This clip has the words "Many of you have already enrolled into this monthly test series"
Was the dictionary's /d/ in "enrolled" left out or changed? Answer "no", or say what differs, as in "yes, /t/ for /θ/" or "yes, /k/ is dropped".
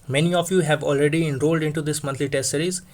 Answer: no